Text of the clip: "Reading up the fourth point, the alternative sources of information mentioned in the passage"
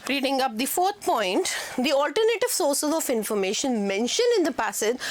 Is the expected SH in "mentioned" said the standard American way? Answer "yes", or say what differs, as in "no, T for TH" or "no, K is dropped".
yes